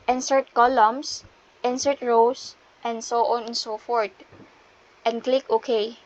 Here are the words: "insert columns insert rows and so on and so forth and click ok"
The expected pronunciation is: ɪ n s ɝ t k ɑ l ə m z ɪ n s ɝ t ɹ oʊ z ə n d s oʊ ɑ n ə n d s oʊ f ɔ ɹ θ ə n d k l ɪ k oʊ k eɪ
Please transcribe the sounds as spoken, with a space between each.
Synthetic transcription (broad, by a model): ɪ n s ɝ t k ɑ l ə m s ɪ n s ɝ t ɹ oʊ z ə n s oʊ ɑ n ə n s oʊ f ɔ ɹ t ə n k l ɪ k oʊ k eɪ